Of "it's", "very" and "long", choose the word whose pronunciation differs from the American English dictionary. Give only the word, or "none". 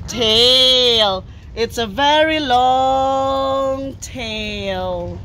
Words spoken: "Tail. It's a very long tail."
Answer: none